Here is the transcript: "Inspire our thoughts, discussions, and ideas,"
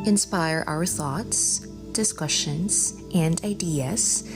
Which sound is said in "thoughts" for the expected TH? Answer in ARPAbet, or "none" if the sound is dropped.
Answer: TH